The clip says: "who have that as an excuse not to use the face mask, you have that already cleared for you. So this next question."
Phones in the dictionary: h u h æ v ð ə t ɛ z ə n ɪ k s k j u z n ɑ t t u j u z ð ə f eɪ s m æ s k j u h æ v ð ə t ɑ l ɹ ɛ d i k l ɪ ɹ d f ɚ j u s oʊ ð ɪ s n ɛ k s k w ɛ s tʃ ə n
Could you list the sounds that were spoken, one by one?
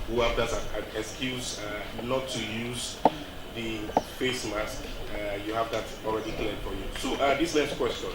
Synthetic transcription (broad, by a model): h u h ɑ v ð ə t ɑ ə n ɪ k s k j u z n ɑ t t u j u z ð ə f eɪ s m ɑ s k j u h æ v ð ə t ɑ l ɹ ɛ d i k l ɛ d f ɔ j u s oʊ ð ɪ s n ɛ s k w ɛ s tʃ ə n